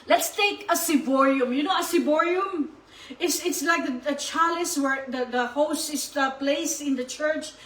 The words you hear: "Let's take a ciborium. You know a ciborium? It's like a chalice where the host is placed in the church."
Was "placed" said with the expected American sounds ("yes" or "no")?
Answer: no